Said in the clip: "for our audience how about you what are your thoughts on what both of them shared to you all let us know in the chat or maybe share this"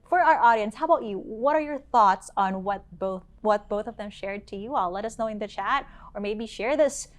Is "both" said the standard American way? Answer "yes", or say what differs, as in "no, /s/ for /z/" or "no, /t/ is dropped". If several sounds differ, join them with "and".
yes